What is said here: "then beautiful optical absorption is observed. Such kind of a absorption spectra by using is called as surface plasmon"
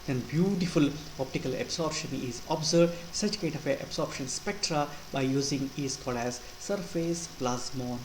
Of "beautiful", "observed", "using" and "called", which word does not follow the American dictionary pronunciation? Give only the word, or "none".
observed